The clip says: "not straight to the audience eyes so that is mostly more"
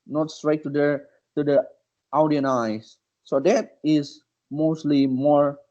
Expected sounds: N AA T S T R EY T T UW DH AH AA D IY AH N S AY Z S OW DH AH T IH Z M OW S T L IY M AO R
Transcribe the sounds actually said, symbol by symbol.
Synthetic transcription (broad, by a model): N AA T S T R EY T T UW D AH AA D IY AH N AY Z S OW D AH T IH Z M OW S T L IY M AO R